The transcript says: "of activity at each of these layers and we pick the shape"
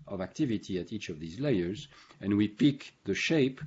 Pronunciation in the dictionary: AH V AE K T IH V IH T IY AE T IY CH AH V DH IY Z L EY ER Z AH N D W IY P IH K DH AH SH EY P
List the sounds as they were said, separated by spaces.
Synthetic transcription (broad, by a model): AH V AE K T IH V IH T IY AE T IY CH AH V DH IY Z L EY ER Z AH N W IY P IH K DH AH SH EY P